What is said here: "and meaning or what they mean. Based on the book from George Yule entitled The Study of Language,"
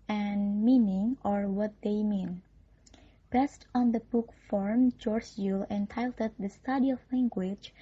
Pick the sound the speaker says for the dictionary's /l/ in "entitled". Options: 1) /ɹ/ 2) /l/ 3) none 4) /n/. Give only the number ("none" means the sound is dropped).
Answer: 3